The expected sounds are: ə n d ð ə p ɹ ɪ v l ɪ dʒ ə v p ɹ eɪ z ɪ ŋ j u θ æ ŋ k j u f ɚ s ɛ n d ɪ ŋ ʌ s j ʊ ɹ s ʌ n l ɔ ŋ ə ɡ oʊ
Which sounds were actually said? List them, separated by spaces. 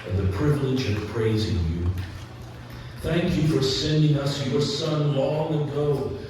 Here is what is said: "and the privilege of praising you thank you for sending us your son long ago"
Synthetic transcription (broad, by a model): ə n ð ə p ɹ ɪ v l ɪ dʒ ə v p ɹ eɪ z ɪ ŋ j u θ æ ŋ k j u f ɚ s ɛ n d ɪ ŋ ʌ s j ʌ ɹ s ʌ n l ɔ ŋ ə ɡ oʊ